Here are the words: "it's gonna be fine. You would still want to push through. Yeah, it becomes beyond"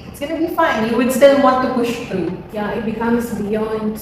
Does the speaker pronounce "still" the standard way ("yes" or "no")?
no